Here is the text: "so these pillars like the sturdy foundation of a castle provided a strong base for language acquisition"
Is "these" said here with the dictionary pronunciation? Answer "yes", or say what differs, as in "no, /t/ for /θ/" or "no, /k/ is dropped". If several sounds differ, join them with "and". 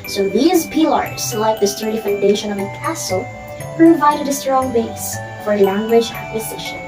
yes